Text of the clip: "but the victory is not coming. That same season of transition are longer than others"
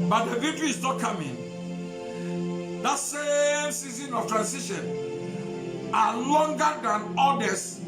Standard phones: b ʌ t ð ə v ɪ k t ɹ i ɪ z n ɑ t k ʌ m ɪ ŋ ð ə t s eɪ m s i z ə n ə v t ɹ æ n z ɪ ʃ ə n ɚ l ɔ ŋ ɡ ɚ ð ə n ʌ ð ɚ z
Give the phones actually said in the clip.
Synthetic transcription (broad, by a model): b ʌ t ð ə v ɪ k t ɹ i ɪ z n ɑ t k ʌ m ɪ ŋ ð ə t s eɪ m s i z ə n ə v t ɹ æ n s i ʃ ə n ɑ l ɔ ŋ ɡ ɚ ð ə n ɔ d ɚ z